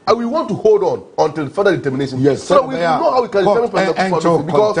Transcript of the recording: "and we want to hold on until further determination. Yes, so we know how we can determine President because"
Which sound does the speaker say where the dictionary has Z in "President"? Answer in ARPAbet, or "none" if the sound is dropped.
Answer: S